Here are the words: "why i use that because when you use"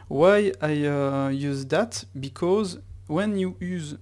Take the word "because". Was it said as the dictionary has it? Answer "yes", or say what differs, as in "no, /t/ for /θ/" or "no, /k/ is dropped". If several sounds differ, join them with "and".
yes